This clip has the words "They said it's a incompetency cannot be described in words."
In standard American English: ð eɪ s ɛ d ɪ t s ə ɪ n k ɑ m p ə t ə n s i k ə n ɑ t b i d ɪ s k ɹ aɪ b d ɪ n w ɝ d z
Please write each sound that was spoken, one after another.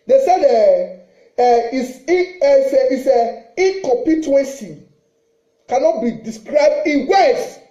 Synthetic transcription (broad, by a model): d eɪ s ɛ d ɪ s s ə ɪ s k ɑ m p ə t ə n s i k ə n ɑ t b i d ɪ s k ɹ aɪ b d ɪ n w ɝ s